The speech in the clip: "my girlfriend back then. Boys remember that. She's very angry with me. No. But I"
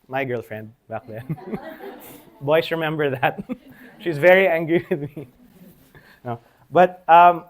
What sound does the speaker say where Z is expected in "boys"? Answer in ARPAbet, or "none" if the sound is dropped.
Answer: S